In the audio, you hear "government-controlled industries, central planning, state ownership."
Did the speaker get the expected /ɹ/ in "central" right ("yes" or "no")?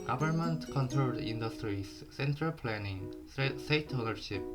yes